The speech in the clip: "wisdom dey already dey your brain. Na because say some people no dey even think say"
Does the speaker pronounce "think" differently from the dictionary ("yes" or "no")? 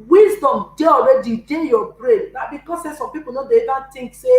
yes